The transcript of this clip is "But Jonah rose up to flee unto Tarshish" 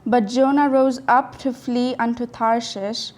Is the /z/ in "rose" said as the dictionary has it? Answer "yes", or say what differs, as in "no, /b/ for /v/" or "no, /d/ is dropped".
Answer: yes